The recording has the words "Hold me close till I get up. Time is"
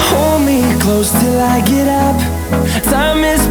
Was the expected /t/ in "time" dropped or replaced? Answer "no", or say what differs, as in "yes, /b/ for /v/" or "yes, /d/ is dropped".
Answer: yes, /s/ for /t/